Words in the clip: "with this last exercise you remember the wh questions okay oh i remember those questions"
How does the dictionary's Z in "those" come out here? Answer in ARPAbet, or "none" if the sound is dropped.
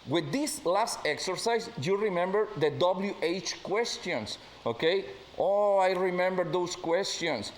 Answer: S